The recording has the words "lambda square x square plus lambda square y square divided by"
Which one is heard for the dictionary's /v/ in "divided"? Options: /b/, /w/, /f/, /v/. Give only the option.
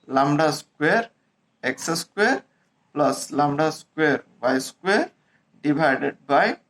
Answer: /b/